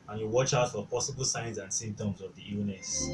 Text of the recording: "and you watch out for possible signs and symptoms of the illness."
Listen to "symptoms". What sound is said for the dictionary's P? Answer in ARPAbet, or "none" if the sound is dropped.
none